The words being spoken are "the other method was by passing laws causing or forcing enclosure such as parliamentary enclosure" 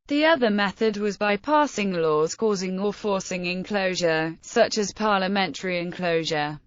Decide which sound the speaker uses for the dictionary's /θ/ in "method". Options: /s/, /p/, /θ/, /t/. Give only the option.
/θ/